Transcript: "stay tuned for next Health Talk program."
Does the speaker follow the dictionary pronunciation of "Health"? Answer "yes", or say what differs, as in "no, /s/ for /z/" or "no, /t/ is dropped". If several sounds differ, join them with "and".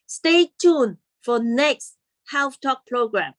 no, /f/ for /θ/